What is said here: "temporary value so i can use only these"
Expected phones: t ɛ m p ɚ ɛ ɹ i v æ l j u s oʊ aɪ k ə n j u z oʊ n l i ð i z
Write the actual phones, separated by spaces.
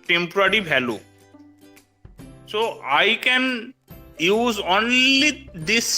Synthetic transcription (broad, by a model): t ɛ m p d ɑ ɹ i b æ l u s oʊ aɪ k ə n j u z oʊ n l i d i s